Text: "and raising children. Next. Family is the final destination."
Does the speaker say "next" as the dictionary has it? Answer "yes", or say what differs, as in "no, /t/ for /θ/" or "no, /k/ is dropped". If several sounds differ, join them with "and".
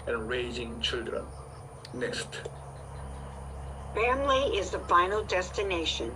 no, /k/ is dropped